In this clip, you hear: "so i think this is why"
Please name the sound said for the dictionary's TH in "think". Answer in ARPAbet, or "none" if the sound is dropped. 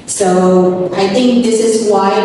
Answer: TH